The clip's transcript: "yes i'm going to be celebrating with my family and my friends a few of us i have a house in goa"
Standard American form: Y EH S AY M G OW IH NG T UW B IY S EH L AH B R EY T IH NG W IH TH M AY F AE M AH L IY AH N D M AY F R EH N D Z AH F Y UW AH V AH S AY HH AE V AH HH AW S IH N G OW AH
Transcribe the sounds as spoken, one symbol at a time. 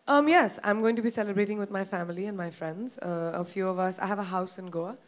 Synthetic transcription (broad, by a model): Y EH S AY M G OW IH NG T UW B IY S EH L AH B R EY T IH NG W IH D M AY F AE M AH L IY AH N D M AY F R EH N D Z AH F Y UW AH V AH S AY HH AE V AH HH AW S IH N G OW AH